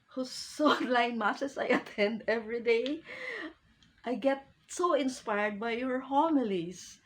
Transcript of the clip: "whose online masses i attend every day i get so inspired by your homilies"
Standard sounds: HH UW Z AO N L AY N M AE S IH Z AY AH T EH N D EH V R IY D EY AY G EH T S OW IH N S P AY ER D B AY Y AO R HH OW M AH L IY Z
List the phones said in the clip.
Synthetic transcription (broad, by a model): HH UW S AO L AY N M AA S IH S AY AH T EH N D EH V R IY D EY AY G EH T S OW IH N S P AY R D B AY Y AO R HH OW M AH L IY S